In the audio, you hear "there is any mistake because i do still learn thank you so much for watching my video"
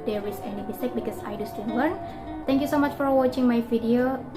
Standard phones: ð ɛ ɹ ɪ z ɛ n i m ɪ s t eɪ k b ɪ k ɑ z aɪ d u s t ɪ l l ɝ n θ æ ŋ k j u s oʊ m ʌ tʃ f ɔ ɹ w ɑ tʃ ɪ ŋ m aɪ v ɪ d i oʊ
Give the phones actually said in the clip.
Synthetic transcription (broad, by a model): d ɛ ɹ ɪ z ɛ n i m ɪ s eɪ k b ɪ k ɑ s aɪ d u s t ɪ n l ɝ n t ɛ ŋ k j u s oʊ m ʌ tʃ f ɔ ɹ w ɑ tʃ ɪ ŋ m aɪ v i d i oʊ